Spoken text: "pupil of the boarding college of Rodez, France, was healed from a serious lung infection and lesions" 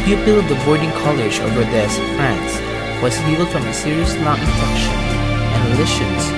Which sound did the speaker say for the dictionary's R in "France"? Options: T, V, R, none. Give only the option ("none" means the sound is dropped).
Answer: R